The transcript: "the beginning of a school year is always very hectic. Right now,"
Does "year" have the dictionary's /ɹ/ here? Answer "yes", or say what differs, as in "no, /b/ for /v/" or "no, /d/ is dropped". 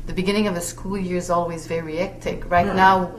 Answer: yes